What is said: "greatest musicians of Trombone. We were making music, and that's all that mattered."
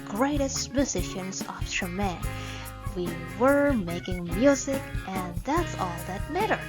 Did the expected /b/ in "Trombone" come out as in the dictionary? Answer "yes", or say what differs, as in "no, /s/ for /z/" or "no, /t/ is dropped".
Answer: no, /b/ is dropped